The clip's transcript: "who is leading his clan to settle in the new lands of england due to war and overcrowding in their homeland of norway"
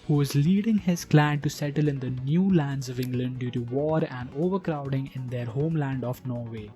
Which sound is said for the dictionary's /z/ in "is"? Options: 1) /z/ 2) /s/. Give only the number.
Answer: 1